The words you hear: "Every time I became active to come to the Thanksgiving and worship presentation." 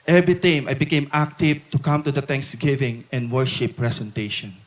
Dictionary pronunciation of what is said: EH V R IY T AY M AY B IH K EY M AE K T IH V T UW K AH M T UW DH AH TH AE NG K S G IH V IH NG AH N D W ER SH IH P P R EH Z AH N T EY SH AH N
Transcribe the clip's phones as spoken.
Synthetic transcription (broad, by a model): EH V R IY T AY M AY B IH K EY M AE K T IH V T UW K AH M T UW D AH T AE NG K S G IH V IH NG AH N D W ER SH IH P P R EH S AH N T EY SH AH N